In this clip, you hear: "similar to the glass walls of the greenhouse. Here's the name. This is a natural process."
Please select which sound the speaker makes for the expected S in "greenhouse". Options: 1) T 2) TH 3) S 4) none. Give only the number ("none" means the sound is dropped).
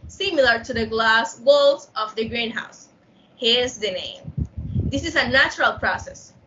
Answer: 3